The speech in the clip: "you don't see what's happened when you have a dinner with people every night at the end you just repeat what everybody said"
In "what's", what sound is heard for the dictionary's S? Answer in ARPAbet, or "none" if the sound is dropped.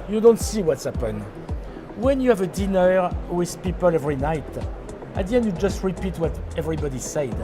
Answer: S